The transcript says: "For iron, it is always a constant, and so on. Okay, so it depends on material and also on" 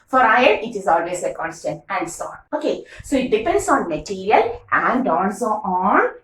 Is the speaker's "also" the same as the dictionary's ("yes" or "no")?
no